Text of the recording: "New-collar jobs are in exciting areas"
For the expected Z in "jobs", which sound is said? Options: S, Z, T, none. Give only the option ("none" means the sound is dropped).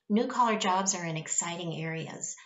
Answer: Z